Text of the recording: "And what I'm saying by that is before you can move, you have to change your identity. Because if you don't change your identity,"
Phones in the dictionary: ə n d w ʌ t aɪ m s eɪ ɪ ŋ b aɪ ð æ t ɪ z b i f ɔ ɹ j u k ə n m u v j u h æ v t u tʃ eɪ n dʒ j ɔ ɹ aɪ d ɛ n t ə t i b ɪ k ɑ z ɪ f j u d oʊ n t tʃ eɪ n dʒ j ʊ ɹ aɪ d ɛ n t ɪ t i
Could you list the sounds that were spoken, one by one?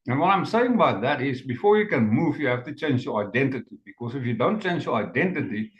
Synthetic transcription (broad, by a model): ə n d w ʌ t aɪ m s eɪ ɪ ŋ b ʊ ð æ t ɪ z b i f ɔ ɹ j u k ə n m u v j u h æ f t u tʃ eɪ n dʒ j ɔ ɹ aɪ d ɛ n t ə t i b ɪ k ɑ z ɪ f j u d oʊ n t tʃ eɪ n dʒ j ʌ ɹ aɪ d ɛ n t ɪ t i